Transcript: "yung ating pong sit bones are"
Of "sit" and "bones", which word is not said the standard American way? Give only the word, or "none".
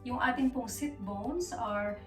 bones